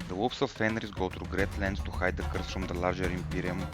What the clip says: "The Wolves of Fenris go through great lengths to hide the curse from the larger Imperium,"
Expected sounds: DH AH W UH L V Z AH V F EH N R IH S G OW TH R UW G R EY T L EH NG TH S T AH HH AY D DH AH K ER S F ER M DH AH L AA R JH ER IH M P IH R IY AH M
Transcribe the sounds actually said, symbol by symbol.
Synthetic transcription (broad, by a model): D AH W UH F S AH F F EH N R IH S G OW T R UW G R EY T L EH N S T AH HH AY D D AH K ER S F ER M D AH L AA R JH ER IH M P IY R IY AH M